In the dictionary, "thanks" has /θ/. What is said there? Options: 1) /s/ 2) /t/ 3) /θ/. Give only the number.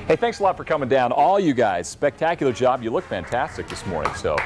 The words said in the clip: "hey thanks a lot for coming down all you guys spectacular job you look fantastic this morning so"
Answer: 3